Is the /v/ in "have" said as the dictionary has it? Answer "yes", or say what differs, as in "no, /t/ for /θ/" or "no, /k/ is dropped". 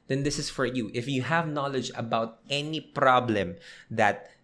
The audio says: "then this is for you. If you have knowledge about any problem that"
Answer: yes